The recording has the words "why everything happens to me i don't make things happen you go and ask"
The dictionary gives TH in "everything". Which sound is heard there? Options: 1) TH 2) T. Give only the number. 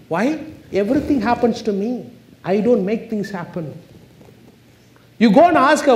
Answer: 2